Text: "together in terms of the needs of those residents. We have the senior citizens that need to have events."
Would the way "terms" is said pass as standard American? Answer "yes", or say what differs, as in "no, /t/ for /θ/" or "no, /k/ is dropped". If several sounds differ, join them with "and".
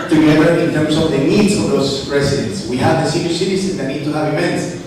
no, /s/ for /z/